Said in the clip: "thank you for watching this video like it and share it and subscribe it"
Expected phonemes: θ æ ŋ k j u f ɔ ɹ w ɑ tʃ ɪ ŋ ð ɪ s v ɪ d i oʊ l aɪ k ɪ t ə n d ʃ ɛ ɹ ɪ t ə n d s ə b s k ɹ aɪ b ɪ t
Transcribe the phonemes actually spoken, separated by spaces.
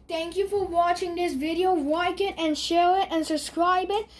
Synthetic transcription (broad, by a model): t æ ŋ k j u f ɔ ɹ w ɑ tʃ ɪ ŋ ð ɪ s v ɪ d i oʊ w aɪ k ɪ t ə n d ʃ ɛ ɹ ɪ t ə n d s ə b s k ɹ aɪ b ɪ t